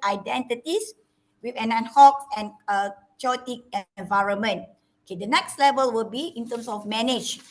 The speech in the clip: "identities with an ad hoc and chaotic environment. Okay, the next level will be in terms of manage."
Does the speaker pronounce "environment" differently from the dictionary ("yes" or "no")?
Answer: no